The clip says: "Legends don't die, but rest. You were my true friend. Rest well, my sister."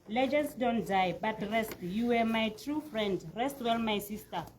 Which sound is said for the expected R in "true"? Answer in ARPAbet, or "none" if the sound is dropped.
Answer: R